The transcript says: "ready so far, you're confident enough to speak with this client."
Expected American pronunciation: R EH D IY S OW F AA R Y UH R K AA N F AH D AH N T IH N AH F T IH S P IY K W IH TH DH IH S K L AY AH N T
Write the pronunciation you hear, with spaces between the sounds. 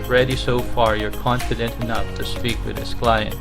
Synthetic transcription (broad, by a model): R EH D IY S OW F AA R Y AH R K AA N F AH D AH N T IH N AH F T IH S P IY K W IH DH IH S K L AY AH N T